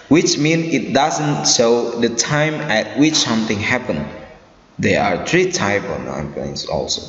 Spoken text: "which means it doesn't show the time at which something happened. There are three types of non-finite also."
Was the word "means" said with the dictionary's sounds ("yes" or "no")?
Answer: no